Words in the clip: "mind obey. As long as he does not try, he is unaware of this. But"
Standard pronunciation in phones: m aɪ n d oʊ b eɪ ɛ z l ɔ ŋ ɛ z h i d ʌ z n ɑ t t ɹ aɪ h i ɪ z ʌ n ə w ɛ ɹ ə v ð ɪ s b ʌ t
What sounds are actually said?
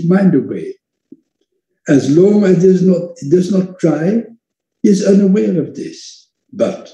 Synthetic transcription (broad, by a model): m aɪ n d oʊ eɪ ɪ z l ɔ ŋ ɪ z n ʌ d ʌ z n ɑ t t ɹ aɪ h i ɪ z ʌ n ə w ɛ ɹ ə v ð ɪ s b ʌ t